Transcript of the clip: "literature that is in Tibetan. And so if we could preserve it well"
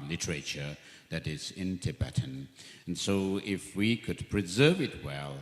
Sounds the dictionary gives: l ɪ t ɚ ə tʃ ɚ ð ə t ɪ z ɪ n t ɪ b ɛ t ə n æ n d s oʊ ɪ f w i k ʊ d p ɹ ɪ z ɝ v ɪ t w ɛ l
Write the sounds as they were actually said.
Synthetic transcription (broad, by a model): l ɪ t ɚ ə tʃ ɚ ð ə t ɪ z ɪ n t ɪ b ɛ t n n s oʊ ɪ f w i k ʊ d p ɹ ɪ z ɝ v ɪ t w ɛ l